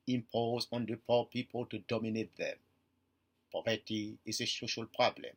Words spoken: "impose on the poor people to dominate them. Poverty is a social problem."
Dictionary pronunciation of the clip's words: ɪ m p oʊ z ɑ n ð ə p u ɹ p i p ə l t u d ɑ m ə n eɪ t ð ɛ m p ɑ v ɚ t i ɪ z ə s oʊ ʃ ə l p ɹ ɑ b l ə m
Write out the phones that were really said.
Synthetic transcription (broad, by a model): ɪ m p oʊ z ɑ n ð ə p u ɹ p i p ə l t u d ɑ m ə n eɪ t ð ɛ m p ɑ v ɚ t i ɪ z ə s oʊ ʃ ə l p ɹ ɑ b l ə m